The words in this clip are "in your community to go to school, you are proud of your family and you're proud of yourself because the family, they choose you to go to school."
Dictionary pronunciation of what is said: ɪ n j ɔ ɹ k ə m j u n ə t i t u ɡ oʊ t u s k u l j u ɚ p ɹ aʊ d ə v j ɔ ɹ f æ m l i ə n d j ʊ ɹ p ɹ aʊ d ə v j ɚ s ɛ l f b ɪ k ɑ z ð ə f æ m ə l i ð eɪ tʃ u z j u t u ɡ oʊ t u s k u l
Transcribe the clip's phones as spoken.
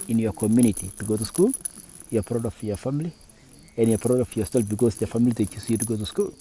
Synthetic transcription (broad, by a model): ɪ n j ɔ k ə m j u n ə t i t u ɡ oʊ t u s k u l j u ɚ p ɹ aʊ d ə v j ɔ f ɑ m l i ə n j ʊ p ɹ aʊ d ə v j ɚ s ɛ l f b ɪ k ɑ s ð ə f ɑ m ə l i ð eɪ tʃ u s j u t u ɡ oʊ t u s k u l